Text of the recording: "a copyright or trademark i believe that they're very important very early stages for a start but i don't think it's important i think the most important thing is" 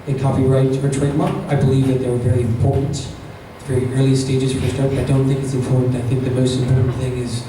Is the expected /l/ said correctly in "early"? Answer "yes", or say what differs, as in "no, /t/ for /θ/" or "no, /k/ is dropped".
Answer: yes